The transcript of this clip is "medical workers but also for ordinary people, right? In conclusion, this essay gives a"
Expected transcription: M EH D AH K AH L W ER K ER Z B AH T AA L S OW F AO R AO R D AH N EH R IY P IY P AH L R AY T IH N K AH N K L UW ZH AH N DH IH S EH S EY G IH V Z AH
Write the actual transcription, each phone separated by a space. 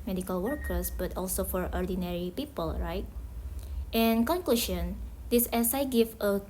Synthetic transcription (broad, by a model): M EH D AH K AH L W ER K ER S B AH T AA L S OW F AO R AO R D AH N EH R IY P IY P AH L R AY T IH N K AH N K L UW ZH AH N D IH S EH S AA G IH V AH